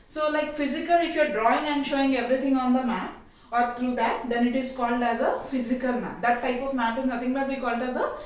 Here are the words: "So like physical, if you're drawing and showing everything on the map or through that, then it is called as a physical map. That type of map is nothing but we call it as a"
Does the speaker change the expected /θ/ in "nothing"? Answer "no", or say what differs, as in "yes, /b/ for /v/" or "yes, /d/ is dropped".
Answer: yes, /t/ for /θ/